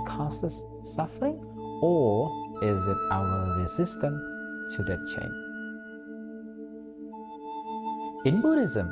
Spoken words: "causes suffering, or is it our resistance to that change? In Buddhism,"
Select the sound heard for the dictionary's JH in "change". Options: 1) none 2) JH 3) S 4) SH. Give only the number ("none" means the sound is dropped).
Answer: 1